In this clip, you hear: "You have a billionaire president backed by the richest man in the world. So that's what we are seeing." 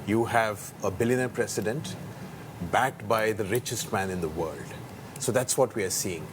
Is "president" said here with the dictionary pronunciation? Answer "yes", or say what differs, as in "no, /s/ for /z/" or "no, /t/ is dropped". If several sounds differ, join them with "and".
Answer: no, /s/ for /z/